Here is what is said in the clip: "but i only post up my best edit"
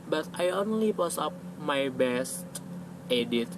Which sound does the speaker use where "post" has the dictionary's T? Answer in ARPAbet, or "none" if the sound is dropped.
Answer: none